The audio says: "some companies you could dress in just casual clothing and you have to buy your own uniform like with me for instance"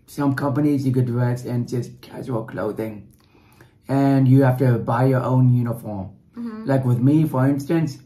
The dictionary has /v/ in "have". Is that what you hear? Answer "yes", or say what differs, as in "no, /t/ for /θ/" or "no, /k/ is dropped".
no, /f/ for /v/